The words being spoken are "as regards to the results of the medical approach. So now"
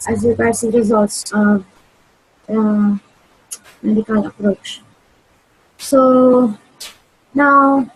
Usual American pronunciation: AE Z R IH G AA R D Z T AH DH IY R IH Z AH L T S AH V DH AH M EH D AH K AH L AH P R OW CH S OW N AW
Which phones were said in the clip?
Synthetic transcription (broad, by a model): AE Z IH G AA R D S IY R IH Z AH L T S AH V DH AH M EH D AH K AH L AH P R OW CH S OW N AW